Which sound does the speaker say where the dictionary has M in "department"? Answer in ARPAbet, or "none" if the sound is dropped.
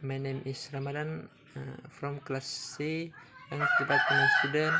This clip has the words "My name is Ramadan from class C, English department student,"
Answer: none